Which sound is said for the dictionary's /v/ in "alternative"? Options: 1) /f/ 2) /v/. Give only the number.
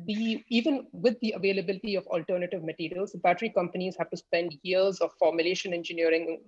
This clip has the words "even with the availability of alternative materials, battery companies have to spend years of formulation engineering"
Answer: 2